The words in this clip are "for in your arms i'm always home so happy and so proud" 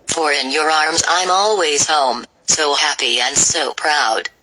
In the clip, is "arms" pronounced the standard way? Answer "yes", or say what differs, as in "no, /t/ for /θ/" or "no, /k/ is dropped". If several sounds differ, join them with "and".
yes